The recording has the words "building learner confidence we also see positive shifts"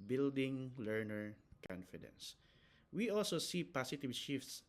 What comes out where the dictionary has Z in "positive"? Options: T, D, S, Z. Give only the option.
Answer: S